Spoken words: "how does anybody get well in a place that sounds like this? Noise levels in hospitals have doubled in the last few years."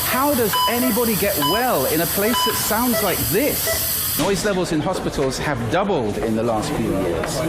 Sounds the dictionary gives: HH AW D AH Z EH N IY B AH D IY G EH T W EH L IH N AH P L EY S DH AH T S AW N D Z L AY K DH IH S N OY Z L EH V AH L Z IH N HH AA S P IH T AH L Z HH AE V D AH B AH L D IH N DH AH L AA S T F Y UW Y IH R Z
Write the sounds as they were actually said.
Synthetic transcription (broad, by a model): HH AW D AH Z EH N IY B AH D IY G EH T W EH L IH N AH P L EY S DH AH T S AW N D Z L AY K DH IH S N OY Z L EH V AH L Z IH N HH AA S P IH T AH L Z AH V D AH B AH L D IH N DH AH L AA S T F Y UW Y IH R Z